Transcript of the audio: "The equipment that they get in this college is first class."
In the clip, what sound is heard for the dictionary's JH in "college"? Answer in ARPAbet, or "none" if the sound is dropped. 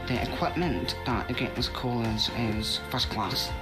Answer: Z